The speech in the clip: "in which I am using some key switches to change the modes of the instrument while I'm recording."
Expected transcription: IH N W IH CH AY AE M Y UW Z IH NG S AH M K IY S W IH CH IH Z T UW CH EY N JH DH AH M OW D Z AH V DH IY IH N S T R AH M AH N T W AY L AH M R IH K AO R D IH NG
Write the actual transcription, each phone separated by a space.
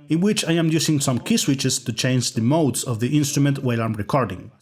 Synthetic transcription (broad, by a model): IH N W IH CH AY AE M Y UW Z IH NG S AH M K IY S W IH CH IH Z T UW CH EY N JH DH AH M OW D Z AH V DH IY IH N S T R AH M AH N T W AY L AH M R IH K AO R D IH NG